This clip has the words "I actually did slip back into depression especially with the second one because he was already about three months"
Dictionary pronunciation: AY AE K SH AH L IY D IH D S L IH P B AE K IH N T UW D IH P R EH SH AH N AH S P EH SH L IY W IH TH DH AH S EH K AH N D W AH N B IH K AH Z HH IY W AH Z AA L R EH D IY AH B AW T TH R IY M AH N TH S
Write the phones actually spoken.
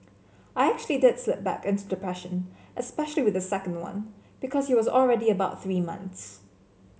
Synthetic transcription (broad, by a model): AY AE K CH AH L IY D IH D S L IH P B AE K IH N T UW D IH P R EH SH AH N AH S P EH SH L IY W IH DH AH S EH K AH N D W AH N B IH K AH Z HH IY W AH Z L R EH D IY AH B AW T TH R IY M AH N TH S